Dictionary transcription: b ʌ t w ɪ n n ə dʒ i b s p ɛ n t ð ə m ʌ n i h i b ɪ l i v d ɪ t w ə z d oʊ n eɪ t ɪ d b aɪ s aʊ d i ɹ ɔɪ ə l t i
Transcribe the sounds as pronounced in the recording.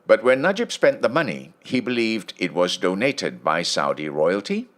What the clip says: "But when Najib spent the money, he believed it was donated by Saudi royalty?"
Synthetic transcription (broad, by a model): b ʌ t w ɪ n n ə dʒ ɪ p s p ɛ n ð ə m ʌ n i h i b ɪ l i v d ɪ t w ə z d oʊ n eɪ t ɪ d b aɪ s aʊ d i ɹ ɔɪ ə l t i